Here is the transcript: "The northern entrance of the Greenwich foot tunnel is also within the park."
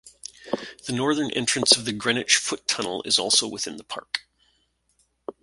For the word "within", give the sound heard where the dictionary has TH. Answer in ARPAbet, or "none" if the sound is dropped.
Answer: TH